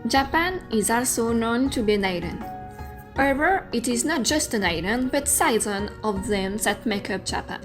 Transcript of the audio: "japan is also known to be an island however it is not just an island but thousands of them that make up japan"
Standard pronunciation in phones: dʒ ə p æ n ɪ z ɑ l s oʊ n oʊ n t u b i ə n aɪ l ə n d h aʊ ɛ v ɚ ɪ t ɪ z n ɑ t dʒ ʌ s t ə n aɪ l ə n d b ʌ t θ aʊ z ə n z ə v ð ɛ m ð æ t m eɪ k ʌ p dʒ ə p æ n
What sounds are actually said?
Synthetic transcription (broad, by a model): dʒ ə p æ n ɪ z ɑ l s oʊ n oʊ n t u b i ə n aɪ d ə n h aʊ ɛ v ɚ ɪ t ɪ z n ɑ t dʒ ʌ s t ə n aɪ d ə n b ʌ t s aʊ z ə n ə v ð ɛ m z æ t m eɪ k ʌ p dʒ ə p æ n